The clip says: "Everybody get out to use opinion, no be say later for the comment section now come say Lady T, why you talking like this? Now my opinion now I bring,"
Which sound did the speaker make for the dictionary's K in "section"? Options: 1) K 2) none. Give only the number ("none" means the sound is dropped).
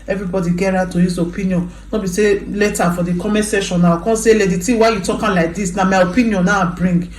2